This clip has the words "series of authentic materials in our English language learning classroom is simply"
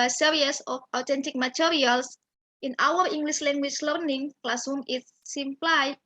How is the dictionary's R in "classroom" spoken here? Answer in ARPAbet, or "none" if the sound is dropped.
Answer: none